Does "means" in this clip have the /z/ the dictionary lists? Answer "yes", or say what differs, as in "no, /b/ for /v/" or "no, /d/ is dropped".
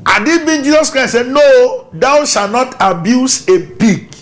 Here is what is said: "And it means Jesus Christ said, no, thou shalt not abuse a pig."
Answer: no, /z/ is dropped